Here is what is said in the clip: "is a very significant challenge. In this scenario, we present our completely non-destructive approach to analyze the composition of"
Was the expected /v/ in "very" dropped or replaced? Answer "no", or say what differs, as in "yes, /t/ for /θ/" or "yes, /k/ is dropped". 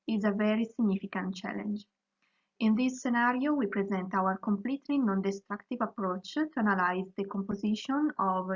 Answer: no